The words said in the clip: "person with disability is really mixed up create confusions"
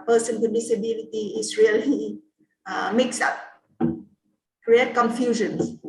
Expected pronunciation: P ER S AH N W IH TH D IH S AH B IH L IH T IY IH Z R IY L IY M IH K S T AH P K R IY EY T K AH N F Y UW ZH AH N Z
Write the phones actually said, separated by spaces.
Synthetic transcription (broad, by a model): P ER S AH N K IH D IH S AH B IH L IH T IY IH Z R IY L IY M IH K S AH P K R IY EY T K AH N F Y UW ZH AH N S